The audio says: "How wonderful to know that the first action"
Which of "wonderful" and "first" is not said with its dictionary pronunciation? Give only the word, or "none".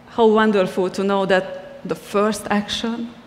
none